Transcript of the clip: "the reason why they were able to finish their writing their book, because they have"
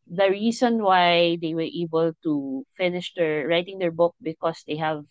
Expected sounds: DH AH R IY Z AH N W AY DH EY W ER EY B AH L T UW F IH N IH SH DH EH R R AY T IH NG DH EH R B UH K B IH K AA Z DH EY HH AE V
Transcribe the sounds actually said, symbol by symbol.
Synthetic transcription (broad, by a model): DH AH R IY S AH N W AY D EY W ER EY B AH L T UW F IH N IH SH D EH R R AY T IH NG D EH R B UH K B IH K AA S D EY HH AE V